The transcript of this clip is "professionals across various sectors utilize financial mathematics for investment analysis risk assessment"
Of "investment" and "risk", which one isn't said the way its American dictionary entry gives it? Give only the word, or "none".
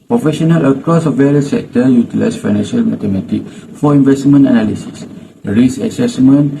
risk